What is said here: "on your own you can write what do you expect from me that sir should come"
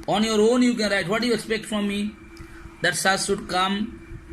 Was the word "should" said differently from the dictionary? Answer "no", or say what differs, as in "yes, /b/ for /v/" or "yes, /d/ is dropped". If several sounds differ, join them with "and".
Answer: yes, /s/ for /ʃ/